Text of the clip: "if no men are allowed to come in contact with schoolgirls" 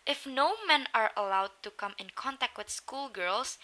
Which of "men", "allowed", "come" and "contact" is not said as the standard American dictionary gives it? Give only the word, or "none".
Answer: none